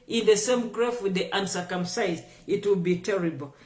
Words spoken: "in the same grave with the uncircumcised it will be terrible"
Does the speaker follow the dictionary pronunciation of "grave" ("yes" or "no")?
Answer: no